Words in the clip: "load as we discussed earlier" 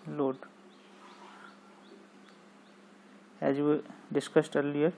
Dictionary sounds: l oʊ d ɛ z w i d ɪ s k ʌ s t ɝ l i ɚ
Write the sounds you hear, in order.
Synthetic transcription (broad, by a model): l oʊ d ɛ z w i d ɪ s k ʌ s t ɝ l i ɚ